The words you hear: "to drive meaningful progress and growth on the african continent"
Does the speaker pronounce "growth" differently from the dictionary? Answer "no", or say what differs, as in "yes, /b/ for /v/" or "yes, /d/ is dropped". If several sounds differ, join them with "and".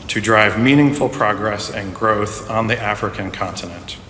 no